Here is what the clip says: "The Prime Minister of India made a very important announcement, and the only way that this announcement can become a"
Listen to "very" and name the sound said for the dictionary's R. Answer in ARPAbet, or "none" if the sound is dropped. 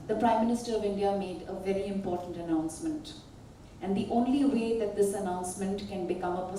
R